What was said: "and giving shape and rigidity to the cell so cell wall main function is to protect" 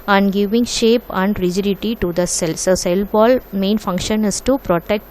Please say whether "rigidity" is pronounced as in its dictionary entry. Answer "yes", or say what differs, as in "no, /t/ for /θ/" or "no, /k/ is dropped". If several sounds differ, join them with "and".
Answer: yes